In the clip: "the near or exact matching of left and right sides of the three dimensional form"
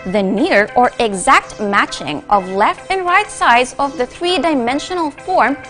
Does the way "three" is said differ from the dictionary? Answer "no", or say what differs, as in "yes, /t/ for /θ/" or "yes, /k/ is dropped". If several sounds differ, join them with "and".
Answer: no